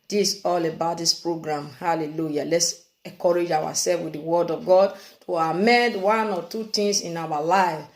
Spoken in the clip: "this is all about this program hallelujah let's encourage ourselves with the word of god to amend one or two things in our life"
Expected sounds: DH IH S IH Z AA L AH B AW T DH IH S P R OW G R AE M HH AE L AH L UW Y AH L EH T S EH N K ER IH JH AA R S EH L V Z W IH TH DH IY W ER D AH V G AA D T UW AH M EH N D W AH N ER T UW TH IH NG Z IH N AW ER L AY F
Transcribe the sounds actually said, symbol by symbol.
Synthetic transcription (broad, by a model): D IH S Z AA L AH B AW T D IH S P R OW G R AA M HH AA L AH L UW Y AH L EH T S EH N K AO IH JH AA W S EH L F W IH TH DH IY W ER D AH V G AA D T UW AH M EH N D W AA N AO T UW T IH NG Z IH N AW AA L AY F